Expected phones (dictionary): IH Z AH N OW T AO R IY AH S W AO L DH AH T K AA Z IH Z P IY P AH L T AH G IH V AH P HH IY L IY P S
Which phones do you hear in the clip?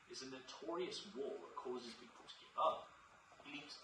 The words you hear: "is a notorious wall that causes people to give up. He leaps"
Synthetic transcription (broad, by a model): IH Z AH N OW T AO R IY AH S W AO L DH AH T K AA Z IH Z B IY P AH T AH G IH AH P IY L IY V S